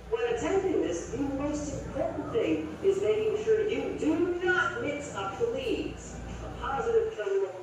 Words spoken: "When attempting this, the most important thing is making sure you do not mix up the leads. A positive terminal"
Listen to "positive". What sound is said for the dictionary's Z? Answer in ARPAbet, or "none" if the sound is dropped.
Z